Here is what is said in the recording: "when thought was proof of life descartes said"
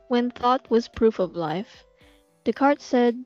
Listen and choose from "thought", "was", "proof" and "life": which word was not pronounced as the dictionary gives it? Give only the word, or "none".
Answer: none